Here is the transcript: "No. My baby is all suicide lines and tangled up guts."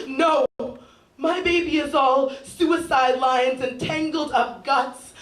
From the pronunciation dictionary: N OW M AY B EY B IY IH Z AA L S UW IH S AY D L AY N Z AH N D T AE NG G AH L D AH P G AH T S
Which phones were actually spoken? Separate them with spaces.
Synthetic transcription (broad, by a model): N OW M AY B EY B IY IH Z AA L S UW IH S AY D L AY N Z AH N T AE NG G L D AH P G AH T S